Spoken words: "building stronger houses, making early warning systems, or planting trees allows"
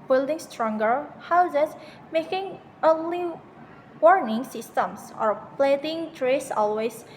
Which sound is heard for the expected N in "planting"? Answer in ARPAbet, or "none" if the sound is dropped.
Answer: none